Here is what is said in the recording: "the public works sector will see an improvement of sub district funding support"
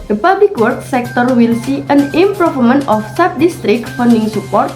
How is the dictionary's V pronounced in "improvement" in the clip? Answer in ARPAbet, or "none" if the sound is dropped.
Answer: F